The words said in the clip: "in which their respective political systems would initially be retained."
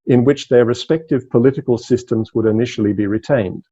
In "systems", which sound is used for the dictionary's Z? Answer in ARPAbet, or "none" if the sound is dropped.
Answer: Z